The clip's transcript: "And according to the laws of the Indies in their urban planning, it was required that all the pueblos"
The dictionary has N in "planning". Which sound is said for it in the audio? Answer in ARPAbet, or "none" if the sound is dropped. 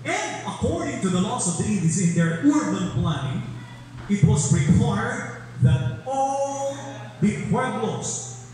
none